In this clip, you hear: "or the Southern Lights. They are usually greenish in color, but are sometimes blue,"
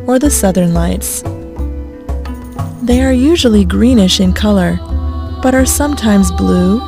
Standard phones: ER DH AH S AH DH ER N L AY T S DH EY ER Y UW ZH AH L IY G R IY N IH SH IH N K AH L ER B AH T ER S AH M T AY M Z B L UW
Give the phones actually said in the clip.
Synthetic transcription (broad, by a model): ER DH AH S AH DH ER N L AY T S DH EY ER Y UW ZH L IY G R IY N IH SH IH N K AH L ER B AH T ER S AH M T AY M Z B L UW